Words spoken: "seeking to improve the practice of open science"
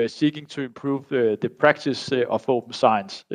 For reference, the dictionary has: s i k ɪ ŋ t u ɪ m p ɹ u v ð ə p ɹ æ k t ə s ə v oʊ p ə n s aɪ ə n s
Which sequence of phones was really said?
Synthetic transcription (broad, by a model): s i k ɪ ŋ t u ɪ m p ɹ u v ð ə p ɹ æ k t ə s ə f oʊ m s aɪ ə n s